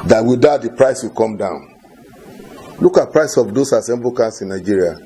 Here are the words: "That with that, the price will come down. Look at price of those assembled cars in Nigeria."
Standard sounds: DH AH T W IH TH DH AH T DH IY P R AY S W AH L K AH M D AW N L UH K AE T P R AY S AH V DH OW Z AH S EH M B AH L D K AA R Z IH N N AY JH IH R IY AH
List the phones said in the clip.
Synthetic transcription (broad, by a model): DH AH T W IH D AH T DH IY P R AY S W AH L K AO M D AW N L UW K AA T P R AY S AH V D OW S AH S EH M B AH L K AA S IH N N AY JH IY R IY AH